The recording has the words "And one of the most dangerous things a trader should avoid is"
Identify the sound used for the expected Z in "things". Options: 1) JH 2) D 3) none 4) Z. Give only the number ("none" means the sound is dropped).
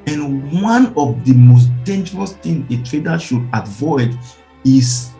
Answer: 3